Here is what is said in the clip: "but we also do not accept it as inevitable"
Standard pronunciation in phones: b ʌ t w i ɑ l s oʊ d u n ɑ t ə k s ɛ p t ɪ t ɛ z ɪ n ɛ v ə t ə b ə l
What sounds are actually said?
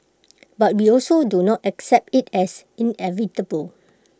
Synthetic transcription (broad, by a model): b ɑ t w i ɑ l s oʊ d u n ɑ t ə k s ɛ p t ɪ t ɛ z ɪ n ɛ v ə t ə b ə l